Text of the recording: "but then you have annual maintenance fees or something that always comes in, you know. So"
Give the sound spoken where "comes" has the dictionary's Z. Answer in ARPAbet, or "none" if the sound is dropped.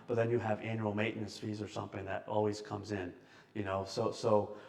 Z